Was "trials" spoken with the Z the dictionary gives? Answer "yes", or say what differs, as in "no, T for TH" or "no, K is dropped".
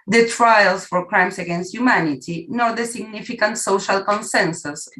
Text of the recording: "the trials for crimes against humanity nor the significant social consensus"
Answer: no, S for Z